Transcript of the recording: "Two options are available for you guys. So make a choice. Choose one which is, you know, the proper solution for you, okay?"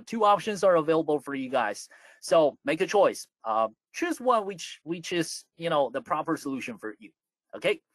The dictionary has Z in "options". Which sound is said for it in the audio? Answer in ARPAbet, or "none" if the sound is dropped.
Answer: Z